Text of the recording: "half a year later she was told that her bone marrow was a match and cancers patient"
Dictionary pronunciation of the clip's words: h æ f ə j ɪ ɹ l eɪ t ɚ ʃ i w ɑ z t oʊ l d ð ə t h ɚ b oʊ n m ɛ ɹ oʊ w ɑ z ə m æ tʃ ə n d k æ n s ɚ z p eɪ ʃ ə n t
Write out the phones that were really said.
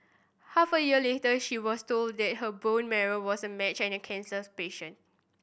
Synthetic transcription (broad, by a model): h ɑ f ə j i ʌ l eɪ t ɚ ʃ i w ɑ s t oʊ l d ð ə t h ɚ b oʊ n m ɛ ɹ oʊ w ɑ s ə m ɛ tʃ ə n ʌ k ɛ n s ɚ s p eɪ ʃ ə n